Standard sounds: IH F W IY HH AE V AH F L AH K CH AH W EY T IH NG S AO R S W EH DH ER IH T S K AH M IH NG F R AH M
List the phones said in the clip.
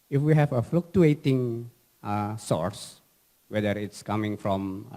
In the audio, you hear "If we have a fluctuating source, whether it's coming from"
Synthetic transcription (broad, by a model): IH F W IY HH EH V AH F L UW K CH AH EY T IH NG S AO R S W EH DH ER IH T S K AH M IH NG F R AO M